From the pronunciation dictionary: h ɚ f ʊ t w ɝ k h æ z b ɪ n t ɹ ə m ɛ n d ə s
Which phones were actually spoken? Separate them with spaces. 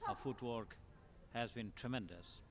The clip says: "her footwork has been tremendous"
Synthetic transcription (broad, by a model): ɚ f ʊ t w ɝ k h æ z b ɪ n t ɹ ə m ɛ n d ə s